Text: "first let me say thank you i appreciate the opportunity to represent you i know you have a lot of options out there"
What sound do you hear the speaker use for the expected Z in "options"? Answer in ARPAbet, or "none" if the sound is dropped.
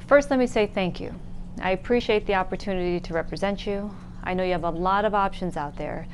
Z